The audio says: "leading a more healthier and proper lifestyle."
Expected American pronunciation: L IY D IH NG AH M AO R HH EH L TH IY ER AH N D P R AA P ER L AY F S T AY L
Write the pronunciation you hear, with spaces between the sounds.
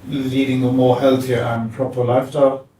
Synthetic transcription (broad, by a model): L IY D IH NG AH M AO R HH EH L TH IY ER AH N P R AA P ER L AY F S T AY L